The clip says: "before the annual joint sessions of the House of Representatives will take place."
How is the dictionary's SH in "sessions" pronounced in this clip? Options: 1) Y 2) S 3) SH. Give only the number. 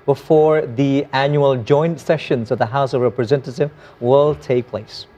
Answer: 3